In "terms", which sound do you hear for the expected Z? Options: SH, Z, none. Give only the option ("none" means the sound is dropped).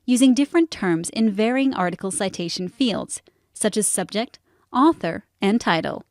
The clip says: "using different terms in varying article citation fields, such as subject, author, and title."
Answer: Z